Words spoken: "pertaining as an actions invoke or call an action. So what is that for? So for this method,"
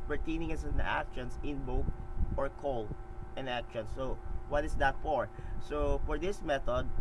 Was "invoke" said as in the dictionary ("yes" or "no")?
no